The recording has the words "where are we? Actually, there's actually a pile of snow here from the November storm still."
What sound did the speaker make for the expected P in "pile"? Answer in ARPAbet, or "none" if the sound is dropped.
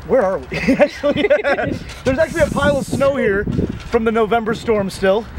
P